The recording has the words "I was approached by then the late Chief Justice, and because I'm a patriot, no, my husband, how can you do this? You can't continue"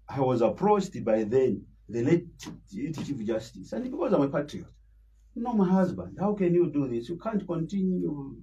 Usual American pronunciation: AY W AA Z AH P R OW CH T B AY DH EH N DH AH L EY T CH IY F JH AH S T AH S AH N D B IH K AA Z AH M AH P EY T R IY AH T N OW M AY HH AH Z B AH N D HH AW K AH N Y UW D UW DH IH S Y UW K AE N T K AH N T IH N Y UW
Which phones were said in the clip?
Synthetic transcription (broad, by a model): AY W AA Z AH P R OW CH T B AY DH EH N DH AH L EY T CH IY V JH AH S T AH S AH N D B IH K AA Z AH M AH P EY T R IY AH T N OW M AY HH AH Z B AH N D HH AW K AH N Y UW D UW DH IH S Y UW K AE N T K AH N T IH N Y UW